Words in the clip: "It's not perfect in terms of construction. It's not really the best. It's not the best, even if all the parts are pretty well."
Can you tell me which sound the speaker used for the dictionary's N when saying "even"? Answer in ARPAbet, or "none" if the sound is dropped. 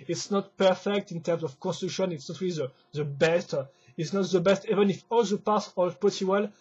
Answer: N